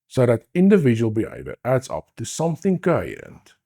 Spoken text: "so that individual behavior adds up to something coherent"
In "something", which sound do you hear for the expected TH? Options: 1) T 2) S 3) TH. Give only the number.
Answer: 3